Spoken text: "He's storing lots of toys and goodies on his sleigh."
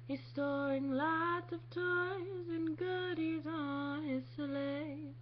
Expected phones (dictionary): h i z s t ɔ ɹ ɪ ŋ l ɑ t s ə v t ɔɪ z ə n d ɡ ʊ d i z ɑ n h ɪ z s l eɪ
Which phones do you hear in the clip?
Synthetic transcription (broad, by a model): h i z s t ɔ ɪ ŋ l ɑ t s ə v t ɔɪ z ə n ɡ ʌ d i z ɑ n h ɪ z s l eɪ